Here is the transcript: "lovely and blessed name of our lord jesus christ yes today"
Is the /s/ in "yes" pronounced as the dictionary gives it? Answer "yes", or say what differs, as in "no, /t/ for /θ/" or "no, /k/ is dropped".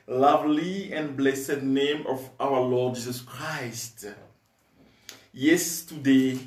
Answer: yes